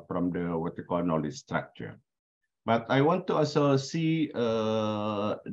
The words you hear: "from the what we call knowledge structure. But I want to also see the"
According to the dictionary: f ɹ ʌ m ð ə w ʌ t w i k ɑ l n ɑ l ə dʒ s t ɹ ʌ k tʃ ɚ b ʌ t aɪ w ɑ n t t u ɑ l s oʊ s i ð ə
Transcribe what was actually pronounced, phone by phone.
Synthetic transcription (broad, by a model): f ɹ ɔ m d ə w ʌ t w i k ɑ l n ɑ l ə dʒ s t ɹ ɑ k tʃ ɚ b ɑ t aɪ w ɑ n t t u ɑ s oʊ s i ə